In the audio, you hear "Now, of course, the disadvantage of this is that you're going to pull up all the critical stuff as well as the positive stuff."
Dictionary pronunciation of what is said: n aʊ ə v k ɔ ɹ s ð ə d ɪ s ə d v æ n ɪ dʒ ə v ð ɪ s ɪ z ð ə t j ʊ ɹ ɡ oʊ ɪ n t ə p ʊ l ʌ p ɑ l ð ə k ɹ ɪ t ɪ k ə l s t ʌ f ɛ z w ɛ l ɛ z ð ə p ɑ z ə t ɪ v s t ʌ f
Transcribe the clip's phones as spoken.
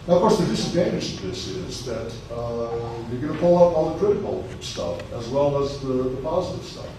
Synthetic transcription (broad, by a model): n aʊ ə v k ɔ ɹ s ð ə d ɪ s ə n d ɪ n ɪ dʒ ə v ð ɪ s ɪ z ð ə t j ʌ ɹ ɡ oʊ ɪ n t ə p ʊ l ʌ p ɑ l ð ə k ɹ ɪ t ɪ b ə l s t ʌ f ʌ z w ɛ l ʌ z ð ə p ɑ z ə t ɪ v s t ʌ f